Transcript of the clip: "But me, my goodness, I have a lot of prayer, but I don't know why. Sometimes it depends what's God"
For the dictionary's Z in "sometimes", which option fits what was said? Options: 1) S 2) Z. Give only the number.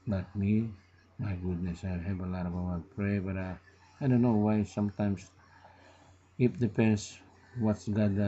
1